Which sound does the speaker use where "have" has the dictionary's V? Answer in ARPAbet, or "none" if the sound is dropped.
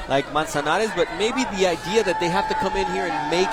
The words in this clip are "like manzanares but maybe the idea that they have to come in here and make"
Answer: F